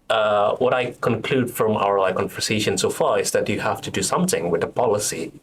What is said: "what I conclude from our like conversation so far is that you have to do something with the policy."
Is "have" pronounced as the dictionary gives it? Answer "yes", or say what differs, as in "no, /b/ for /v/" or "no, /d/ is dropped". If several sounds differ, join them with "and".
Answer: no, /f/ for /v/